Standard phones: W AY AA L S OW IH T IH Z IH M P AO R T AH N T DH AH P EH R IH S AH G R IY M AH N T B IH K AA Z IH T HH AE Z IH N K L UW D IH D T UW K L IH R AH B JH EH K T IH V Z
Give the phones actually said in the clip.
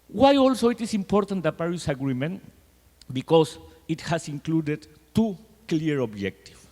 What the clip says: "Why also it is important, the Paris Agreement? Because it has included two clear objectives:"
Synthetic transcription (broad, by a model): W AY AA L S OW IH T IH S IH M P AO R T AH N T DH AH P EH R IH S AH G R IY M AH N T B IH K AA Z IH T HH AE S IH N K L UW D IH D T UW K L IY R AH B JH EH K T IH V